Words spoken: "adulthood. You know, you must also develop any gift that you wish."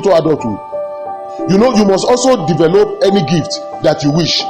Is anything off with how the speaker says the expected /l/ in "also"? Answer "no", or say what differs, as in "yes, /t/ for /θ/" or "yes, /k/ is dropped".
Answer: no